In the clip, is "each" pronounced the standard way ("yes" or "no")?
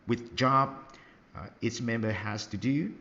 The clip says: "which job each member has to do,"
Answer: no